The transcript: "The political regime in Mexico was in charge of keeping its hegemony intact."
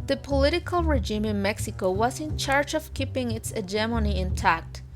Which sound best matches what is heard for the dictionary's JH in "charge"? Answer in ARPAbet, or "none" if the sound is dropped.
JH